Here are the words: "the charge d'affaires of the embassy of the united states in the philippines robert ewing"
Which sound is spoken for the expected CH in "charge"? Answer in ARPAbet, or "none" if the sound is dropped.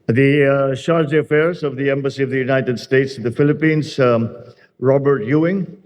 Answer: SH